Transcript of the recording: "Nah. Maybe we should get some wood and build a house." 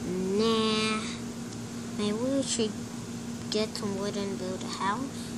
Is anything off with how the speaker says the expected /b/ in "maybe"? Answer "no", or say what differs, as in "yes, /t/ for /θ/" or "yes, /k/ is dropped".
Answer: yes, /b/ is dropped